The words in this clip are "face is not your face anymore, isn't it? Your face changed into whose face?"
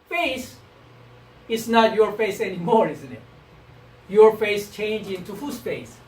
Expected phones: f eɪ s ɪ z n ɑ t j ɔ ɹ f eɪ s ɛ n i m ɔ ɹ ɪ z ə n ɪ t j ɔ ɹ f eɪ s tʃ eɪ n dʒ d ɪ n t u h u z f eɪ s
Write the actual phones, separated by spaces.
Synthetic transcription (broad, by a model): f eɪ s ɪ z n ɑ t j ɔ ɹ f eɪ s ɛ n i m ɔ ɹ ɪ z ə n ɪ t j ɔ ɹ f eɪ s tʃ eɪ n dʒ ɪ n t u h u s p eɪ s